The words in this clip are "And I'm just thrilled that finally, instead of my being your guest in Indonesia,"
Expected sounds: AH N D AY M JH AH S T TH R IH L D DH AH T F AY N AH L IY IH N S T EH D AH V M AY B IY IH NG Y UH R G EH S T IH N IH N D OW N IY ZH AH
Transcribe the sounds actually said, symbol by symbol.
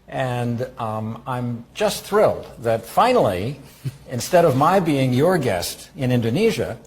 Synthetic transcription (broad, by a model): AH N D AY M JH AH S T TH R IH L D DH AH T F AY N L IY IH N S T EH D AH V M AY B IY IH NG Y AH R G EH S T IH N IH N D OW N IY ZH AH